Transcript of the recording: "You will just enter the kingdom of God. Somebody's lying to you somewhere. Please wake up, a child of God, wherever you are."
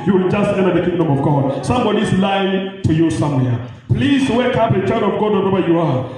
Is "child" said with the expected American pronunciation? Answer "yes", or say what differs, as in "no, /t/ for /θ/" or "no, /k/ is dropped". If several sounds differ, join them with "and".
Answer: no, /l/ is dropped